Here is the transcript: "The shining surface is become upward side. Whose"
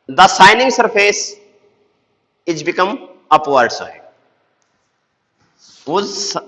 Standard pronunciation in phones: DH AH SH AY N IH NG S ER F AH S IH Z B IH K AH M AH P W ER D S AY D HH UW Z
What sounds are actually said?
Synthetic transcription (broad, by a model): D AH S AY N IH NG S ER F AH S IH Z B IH K AH M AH P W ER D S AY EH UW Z